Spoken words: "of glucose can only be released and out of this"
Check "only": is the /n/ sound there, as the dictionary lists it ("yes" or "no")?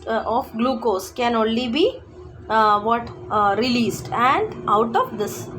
yes